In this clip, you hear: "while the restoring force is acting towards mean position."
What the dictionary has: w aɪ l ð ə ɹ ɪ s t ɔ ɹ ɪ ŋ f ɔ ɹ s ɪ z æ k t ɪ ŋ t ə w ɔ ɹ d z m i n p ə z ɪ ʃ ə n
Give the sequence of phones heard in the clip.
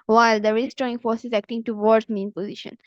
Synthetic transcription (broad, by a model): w aɪ l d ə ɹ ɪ s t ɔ ɪ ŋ f ɔ ɹ s ɪ z æ k t ɪ ŋ t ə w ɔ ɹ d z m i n p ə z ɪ ʃ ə n